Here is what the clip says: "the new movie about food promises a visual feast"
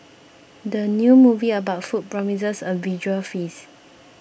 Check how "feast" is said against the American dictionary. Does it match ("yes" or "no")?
no